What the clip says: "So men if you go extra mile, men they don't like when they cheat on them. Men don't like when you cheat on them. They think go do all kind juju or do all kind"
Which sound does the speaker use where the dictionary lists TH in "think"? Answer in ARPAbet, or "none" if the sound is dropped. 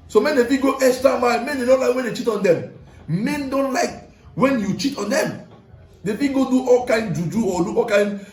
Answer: F